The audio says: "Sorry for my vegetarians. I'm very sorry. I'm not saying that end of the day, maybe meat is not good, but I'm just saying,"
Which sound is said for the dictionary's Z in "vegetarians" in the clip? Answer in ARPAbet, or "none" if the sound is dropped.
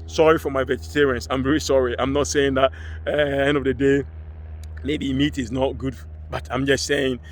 S